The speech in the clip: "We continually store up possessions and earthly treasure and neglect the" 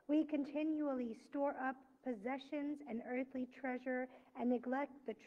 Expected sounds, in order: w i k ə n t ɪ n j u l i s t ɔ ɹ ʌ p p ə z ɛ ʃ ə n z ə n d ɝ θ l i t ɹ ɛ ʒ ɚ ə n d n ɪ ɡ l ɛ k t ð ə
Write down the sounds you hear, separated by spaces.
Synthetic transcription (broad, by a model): w i k ə n t ɪ n j u l i s t ɔ ɹ ʌ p p ə z ɛ ʃ ə n z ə n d ɝ θ l i t ɹ ɛ ʒ ɚ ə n n ɪ ɡ l ɛ k t ð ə